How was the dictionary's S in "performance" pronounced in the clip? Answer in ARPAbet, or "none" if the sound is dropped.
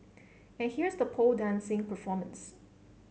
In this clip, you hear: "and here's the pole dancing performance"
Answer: S